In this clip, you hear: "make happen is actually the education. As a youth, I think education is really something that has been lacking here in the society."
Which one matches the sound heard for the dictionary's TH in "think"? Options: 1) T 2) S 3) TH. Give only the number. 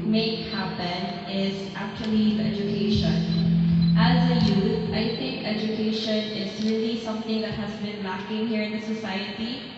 3